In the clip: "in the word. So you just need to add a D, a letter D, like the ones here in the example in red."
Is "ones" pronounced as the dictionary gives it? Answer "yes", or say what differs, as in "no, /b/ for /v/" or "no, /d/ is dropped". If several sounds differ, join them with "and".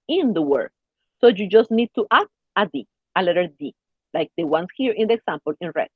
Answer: no, /s/ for /z/